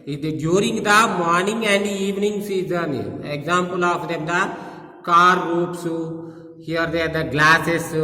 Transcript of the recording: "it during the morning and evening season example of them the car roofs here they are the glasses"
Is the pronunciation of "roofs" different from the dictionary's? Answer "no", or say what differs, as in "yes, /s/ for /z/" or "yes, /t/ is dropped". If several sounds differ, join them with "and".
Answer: yes, /p/ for /f/